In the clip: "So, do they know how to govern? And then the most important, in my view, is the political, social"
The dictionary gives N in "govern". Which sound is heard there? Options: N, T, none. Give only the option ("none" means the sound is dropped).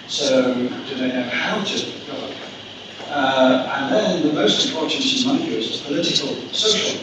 none